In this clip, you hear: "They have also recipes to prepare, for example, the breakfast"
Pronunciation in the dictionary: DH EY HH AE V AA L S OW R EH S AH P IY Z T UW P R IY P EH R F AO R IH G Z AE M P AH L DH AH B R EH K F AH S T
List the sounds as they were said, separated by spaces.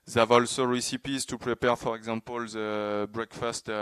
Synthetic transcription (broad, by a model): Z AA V AA L S OW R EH S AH P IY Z T UW P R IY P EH R F AO R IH G Z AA P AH L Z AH B R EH K F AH S T